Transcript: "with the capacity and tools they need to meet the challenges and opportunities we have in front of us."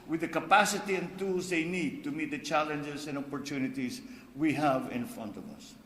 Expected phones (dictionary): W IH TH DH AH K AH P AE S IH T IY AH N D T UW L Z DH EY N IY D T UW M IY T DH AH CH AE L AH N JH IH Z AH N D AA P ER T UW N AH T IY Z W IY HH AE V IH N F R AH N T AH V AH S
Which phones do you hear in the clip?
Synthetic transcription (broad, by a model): W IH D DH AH K AH P AE S IH T IY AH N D T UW L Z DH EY N IY D T UW M IY T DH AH CH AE L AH N JH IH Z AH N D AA P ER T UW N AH T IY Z W IY HH AE V IH N F R AH N T AH V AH S